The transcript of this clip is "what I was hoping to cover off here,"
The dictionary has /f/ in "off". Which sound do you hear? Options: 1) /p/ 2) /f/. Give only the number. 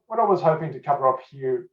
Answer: 1